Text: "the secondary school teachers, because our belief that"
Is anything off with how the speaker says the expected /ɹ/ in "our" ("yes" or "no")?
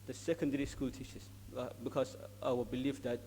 yes